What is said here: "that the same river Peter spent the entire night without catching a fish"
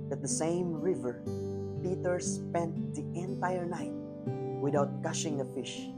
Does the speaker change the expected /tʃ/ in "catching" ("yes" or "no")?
yes